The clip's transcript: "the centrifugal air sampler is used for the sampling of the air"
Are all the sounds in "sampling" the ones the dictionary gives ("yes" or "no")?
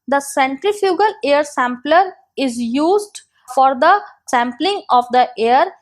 yes